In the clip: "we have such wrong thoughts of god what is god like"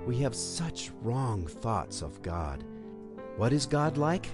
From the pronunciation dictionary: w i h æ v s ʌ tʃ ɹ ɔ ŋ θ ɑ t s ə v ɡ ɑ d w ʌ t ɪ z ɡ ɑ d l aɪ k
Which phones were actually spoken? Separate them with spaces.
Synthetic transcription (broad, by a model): w i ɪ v s ʌ tʃ ɹ ɔ ŋ θ ɑ t s ə v ɡ ɑ d w ʌ t ɪ z ɡ ɑ d l aɪ k